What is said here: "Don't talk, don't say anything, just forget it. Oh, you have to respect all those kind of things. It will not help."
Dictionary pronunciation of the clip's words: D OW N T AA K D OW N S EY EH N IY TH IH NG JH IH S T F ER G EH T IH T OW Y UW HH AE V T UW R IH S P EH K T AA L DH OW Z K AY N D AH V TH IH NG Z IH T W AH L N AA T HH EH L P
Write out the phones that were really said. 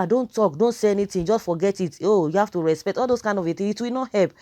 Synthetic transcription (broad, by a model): D OW N T AA K D OW N S EY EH N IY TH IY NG JH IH S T F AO G EH T IH T OW Y UW HH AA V T UW R IH S P EH K T AA L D OW S K AY N D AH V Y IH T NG IH T W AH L N AA T HH EH L P